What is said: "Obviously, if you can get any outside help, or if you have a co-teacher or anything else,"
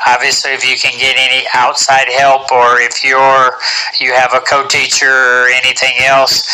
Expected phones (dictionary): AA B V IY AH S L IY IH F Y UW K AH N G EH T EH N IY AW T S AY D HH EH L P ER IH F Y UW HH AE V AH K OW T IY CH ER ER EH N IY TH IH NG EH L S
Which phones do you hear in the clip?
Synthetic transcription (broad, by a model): AA B V IY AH S L IY IH F Y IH K AH N G EH T EH N IY AW T S AY D HH EH L P ER IH F Y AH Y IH V AH K OW T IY CH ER ER EH N IY TH IH NG EH L S